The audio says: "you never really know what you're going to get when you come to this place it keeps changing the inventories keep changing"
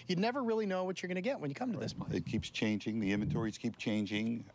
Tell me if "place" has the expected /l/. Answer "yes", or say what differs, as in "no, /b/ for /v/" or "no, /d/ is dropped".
no, /l/ is dropped